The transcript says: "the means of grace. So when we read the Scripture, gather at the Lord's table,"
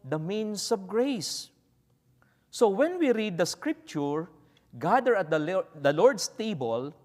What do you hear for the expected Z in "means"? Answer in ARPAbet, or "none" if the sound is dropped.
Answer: S